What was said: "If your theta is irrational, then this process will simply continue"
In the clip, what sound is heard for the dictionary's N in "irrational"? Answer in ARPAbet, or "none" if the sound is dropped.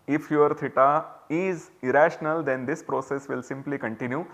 N